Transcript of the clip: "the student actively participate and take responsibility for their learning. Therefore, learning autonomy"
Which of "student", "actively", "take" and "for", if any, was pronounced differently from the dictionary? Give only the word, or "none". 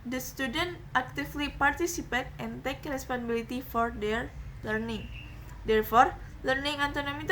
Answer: actively